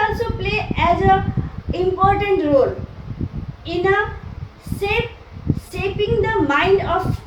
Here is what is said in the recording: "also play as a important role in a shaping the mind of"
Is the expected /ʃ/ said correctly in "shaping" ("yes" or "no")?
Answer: no